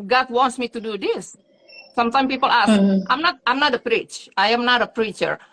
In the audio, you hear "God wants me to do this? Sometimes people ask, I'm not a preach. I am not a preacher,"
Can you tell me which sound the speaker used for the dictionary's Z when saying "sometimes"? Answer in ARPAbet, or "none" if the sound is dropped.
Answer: none